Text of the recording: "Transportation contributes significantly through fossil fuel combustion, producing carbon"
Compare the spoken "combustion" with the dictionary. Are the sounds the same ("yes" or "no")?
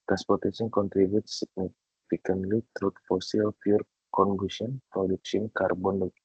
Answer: no